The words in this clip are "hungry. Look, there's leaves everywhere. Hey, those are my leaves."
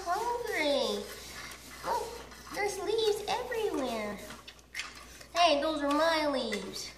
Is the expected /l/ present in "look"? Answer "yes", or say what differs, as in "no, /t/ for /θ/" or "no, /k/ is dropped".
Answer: no, /w/ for /l/